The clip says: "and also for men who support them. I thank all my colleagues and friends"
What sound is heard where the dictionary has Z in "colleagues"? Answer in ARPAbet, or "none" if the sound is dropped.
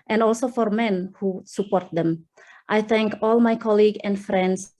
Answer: none